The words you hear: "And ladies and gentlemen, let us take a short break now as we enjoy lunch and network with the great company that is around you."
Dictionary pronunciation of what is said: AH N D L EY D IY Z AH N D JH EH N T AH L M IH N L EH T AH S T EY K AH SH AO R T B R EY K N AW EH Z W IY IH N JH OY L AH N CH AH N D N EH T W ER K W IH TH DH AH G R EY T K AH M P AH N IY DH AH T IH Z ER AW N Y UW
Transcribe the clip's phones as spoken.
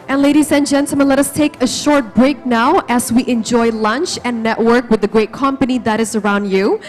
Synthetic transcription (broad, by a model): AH N L EY D IY Z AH N JH EH N T L M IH N L EH T AH S T EY K AH SH AO R T B R EY K N AW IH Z W IY IH N JH OY L AH N CH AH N N EH T W ER K W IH DH AH G R EY T K AH M P AH N IY DH AH T IH Z ER AW N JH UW